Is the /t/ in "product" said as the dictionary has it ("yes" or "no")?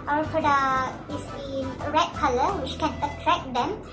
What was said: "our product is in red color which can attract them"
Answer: no